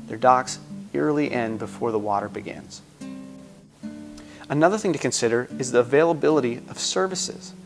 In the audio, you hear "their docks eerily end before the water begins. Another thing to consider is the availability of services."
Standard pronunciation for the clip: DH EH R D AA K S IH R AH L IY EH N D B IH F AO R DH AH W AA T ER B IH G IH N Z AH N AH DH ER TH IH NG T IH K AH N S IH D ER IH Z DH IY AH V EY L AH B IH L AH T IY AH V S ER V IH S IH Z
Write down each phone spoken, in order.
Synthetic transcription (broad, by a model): DH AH R D AA K S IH R L IY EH N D B IH F AO R DH AH W AA T ER B IH G IH N Z AH N AH DH ER TH IH NG T IH K AH N S IH D ER IH Z DH IY AH V EY L AH B IH L AH T IY AH V S ER V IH S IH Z